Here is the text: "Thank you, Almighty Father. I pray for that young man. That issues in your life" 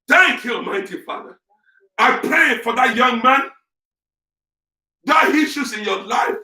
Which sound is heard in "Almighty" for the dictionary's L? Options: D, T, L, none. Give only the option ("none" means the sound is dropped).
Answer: none